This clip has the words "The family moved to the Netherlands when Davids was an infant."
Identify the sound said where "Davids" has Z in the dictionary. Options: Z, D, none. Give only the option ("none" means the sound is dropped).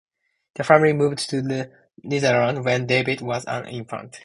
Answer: none